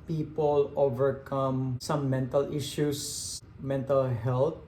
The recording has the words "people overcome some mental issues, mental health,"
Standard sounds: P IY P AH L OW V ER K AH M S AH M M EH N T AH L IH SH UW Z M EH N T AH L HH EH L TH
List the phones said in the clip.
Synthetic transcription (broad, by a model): P IY P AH L OW V ER K AH M S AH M M EH N T AH L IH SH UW S M EH N T AH L HH EH L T